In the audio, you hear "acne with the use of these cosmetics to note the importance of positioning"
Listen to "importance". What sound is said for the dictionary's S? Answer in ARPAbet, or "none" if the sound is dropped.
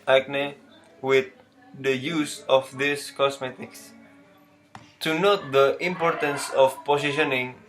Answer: S